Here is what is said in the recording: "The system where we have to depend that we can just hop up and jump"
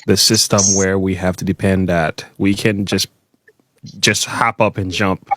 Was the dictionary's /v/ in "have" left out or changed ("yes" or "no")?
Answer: yes